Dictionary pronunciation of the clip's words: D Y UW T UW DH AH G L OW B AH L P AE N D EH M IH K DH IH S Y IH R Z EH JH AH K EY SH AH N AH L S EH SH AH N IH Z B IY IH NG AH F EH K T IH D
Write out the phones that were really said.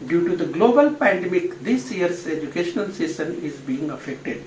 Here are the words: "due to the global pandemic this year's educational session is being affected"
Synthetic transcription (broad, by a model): D Y UW T UW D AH G L OW B AH L P AE N D EH M IH K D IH S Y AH R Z EH JH AH K EY SH AH N AH L S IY S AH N IH Z B IY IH NG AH F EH K T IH D